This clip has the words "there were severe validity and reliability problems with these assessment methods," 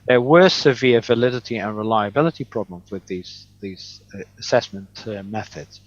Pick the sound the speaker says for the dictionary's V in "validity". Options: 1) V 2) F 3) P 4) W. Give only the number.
1